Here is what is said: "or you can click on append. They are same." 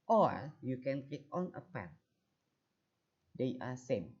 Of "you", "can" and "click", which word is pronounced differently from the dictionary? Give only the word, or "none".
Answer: click